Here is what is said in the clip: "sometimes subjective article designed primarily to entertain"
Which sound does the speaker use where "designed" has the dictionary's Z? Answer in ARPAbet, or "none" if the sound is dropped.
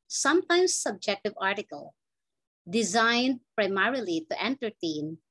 Z